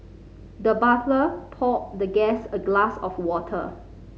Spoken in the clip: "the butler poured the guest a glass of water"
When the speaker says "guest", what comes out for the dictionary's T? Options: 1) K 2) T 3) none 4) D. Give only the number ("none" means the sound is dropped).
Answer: 3